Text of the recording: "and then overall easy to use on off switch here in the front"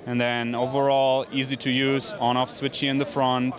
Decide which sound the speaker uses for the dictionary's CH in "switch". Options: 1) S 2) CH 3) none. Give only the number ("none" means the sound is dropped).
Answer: 2